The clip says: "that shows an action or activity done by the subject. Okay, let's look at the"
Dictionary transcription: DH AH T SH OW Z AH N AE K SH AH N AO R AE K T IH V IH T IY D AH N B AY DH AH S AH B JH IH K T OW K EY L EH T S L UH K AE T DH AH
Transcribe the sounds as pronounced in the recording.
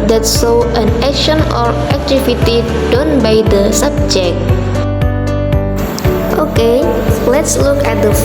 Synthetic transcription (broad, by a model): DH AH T S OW AH N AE K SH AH N AO R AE K T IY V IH T IY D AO N B AY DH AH S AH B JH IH K T OW K EY L EH T S L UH K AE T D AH